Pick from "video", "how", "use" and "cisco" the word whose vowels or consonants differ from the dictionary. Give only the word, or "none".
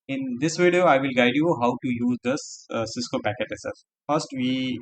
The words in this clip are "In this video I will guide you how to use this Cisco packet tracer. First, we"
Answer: none